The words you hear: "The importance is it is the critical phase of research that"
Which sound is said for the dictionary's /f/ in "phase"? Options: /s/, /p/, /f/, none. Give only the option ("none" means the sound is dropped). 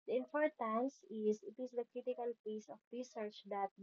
/p/